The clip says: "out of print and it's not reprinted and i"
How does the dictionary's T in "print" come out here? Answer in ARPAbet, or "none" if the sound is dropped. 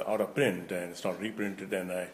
T